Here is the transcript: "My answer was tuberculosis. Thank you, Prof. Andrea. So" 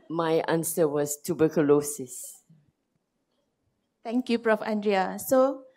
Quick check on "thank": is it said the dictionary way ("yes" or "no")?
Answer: no